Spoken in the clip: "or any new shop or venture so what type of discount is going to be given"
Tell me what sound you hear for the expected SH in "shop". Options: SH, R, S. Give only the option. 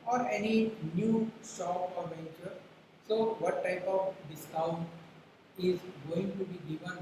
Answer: S